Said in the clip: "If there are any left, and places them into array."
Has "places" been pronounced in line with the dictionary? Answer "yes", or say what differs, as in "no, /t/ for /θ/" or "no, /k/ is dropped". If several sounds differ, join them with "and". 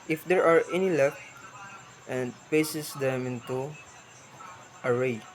no, /l/ is dropped